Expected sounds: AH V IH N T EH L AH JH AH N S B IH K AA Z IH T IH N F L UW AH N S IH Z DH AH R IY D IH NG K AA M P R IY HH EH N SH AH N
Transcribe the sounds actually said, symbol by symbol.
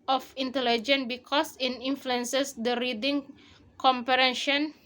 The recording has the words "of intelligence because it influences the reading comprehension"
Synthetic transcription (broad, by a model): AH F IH N T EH L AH JH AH N B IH K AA S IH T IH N F L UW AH N S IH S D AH R IY D IH NG K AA M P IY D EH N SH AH N